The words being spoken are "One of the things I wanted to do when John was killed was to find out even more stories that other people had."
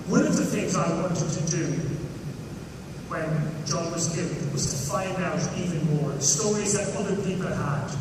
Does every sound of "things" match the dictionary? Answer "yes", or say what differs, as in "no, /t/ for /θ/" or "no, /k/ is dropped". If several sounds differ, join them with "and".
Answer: yes